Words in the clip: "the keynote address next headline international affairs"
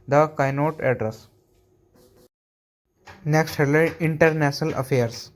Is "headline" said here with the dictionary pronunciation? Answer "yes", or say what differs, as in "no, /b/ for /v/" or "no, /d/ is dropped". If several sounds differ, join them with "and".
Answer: no, /n/ is dropped